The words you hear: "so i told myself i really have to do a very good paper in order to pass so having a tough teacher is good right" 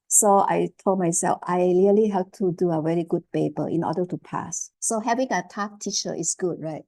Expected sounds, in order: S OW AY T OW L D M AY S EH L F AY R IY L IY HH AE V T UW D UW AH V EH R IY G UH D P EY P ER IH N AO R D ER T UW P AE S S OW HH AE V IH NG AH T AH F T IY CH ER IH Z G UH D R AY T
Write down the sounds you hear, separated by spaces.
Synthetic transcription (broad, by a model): S OW AY T OW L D M AY S EH L F AY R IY L IY HH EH P T UW D UW AH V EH R IY G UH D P EY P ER IH N AO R D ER T UW P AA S S OW HH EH V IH NG AH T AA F T IY CH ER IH S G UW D R AY T